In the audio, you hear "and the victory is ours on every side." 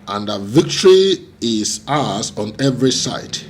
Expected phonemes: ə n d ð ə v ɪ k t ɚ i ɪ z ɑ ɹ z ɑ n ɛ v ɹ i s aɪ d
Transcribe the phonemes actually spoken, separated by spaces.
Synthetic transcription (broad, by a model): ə n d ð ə v ɪ k t ɚ i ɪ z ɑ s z ɑ n ɛ v ɹ i s aɪ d